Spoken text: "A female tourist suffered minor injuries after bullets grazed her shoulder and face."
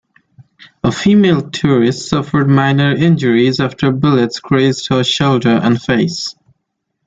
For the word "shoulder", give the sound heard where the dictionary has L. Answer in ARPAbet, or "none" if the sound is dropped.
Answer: L